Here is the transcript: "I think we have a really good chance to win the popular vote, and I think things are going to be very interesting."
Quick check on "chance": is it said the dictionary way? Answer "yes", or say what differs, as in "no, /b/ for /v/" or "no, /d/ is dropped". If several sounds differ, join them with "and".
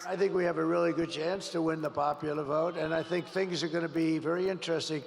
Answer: yes